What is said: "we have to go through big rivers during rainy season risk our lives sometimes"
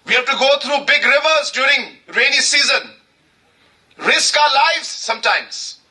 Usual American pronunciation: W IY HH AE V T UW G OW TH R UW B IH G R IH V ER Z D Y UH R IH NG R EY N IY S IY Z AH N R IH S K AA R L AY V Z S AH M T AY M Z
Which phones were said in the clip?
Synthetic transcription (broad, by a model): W IY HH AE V T UW G OW T R UW B IH G R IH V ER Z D Y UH R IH NG R EY N IY S IY Z AH N R IH S K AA L AY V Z S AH M T AY M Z